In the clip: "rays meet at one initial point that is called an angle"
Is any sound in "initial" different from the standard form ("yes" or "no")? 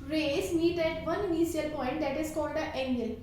yes